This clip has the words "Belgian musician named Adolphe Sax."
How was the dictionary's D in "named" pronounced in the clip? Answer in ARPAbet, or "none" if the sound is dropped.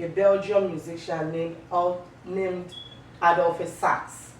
D